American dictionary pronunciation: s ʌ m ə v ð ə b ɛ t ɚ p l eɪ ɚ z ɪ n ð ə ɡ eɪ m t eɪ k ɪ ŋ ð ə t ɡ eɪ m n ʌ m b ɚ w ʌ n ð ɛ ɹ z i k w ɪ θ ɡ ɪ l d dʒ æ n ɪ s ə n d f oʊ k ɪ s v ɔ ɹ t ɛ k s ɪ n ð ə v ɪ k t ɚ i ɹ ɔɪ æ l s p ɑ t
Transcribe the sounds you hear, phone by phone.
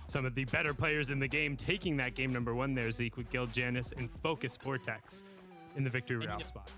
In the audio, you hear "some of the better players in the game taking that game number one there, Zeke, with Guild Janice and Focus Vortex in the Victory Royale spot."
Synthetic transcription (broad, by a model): s ʌ m ə v ð ə b ɛ t ɚ p l eɪ ɚ z ɪ n ð ə ɡ eɪ m t eɪ k ɪ ŋ ð ə t ɡ eɪ m n ʌ m b ɚ w ʌ n ð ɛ ɹ z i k w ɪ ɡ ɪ l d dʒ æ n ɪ s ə n f oʊ k ɪ s f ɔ ɹ t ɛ k s ɪ n ð ə v ɪ k t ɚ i ɹ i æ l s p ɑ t